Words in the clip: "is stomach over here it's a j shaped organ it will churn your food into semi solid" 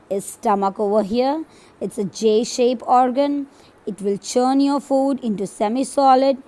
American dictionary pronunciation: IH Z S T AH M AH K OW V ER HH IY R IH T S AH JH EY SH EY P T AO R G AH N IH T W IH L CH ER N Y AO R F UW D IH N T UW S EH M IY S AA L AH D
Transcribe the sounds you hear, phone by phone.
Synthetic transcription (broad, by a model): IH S T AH M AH K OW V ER HH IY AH IH T S AH JH EY SH EY P AO R G AH N IH T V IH L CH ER N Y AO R F UW D IH N T UW S EH M IY S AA L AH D